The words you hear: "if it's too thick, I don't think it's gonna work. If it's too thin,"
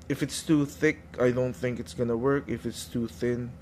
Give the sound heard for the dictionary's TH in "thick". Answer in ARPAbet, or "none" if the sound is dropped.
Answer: TH